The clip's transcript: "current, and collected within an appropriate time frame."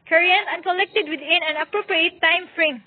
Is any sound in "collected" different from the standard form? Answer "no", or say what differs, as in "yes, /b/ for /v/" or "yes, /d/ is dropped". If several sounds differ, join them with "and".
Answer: no